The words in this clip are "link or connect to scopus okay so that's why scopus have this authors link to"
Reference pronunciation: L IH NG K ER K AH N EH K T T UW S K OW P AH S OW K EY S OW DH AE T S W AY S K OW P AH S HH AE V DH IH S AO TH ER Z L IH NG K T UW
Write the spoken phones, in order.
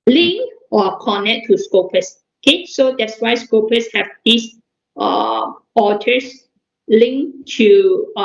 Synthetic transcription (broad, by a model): L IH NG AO K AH N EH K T T UW S K OW P AH S OW K EY S OW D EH T S W AY S K OW P AH S HH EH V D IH S AO T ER S L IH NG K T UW